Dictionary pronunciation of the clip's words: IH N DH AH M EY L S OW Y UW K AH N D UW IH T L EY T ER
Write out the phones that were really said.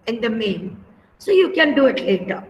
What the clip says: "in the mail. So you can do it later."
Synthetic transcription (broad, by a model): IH N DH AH M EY N S OW Y UW K AH N D UW IH T L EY T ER